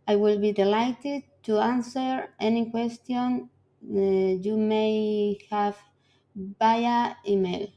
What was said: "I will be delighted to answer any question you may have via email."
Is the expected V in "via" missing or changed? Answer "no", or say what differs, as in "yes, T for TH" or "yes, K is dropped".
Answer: yes, B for V